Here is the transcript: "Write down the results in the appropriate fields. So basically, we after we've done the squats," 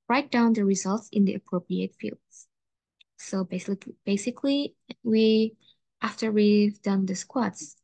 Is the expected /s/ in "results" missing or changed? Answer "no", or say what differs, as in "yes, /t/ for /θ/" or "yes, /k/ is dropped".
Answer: no